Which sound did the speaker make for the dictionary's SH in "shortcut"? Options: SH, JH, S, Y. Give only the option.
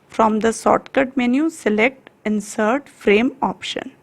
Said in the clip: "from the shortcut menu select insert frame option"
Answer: S